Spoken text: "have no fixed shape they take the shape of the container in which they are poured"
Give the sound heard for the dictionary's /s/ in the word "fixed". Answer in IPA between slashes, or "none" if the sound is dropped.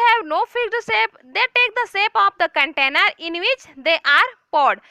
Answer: none